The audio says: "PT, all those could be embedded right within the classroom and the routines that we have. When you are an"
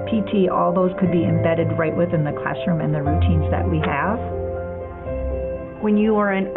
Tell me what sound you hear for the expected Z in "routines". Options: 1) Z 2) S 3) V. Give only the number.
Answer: 1